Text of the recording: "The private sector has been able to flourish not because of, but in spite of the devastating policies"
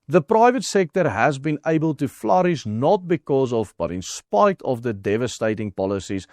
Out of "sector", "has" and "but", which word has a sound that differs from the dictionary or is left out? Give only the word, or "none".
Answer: none